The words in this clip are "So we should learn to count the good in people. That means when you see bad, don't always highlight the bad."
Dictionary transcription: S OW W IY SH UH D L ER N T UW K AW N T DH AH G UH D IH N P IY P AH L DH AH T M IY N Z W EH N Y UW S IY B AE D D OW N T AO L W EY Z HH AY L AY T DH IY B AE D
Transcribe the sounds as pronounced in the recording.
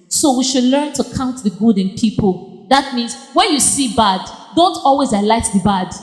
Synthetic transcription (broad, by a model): S OW W IY SH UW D L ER N T UW K AW N T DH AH G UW D IH N P IY P AH L DH AH T M IY N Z W EH N Y UW S IY B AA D D OW N T AO L W EY Z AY L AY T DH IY B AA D